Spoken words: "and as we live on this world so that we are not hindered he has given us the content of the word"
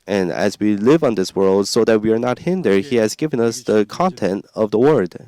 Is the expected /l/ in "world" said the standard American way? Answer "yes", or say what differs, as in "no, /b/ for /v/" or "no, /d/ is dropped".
yes